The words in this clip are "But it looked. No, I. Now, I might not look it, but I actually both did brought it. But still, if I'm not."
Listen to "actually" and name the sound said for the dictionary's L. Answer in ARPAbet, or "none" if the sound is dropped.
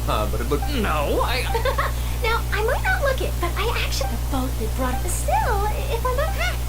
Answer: none